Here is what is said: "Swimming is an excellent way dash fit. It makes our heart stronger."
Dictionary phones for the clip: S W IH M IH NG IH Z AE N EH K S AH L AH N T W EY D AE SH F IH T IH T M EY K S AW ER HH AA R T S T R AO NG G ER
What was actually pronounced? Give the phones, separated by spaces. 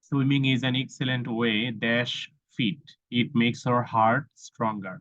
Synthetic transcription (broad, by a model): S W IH M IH NG IH Z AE N EH K S AH L AH N T W EY D AE SH F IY T IH T M EY K S AW ER HH AA R T S T R AO NG G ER